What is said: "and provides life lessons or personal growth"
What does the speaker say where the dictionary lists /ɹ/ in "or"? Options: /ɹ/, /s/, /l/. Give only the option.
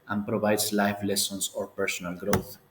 /ɹ/